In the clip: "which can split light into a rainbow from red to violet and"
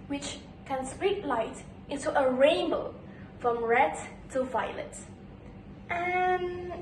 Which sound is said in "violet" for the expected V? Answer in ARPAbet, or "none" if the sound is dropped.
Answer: V